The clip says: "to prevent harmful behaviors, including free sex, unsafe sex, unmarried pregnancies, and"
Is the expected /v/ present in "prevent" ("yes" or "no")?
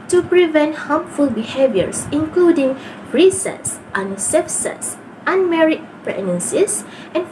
yes